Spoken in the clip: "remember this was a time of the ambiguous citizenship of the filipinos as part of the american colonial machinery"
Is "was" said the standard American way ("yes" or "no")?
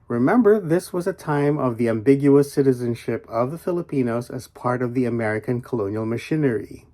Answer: yes